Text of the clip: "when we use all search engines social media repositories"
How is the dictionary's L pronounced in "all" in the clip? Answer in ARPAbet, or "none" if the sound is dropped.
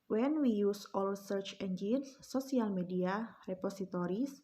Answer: L